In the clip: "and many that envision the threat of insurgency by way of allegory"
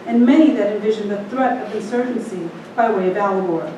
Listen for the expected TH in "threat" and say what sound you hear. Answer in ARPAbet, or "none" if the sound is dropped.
TH